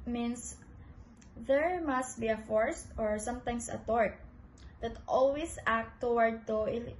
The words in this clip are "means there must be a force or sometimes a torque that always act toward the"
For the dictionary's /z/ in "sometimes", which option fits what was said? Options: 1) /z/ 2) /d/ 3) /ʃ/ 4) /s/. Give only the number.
4